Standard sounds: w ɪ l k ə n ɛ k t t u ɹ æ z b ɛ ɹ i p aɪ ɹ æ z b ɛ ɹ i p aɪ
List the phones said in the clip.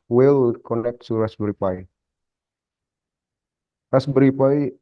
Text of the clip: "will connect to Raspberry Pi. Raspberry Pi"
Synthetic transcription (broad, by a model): w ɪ l k ə n ɛ k t s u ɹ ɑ s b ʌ ɹ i p aɪ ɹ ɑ s b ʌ ɹ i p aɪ